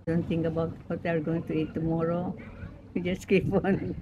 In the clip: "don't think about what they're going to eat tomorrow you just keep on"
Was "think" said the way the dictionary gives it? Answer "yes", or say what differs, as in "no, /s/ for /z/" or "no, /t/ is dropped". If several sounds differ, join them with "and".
no, /t/ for /θ/